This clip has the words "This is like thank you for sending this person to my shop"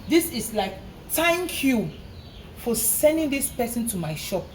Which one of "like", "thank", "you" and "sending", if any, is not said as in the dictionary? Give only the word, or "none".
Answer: thank